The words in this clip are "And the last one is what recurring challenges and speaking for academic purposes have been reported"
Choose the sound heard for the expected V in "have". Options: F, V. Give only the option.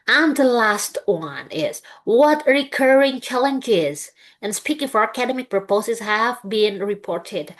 V